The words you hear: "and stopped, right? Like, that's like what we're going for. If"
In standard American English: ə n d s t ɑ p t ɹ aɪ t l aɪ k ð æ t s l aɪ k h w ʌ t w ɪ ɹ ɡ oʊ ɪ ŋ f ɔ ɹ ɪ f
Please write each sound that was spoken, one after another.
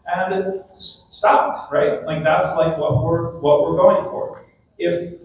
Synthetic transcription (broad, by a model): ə n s s t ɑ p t ɹ aɪ t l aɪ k ð æ t s l aɪ k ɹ w ʌ t w ɪ ɹ ɡ oʊ ɪ ŋ f ɔ ɹ ɪ f